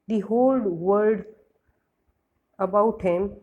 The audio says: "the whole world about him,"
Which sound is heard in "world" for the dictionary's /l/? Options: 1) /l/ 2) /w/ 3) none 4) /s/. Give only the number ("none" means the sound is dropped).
3